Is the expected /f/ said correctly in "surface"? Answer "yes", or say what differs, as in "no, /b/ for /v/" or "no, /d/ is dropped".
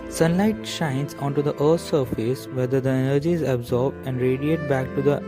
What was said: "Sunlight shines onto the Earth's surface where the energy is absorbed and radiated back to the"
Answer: yes